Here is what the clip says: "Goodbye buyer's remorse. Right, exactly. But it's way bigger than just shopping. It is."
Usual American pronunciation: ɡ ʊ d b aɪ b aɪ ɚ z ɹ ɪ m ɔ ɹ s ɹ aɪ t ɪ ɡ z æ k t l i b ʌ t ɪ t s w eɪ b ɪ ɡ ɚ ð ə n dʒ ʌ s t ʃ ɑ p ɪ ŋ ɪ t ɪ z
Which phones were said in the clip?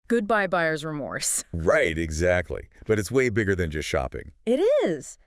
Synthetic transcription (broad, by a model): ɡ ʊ d b aɪ b aɪ ɚ z ɹ ɪ m ɔ ɹ s ɹ aɪ t ɪ ɡ z æ k t l i b ʌ t ɪ t s w eɪ b ɪ ɡ ɚ ð ə n dʒ ʌ s t ʃ ɑ p ɪ ŋ ɪ t ɪ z